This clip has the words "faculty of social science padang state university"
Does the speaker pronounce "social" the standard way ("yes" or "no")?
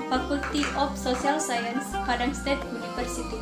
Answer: no